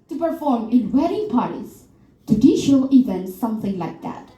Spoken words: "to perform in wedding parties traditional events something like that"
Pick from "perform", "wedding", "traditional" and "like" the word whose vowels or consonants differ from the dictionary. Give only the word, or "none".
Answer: traditional